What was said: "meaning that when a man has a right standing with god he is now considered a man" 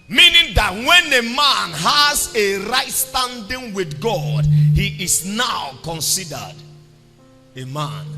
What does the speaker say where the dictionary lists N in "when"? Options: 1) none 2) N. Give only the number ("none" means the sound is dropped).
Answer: 2